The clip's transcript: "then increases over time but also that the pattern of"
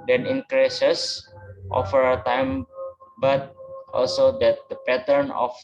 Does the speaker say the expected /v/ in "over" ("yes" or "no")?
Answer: no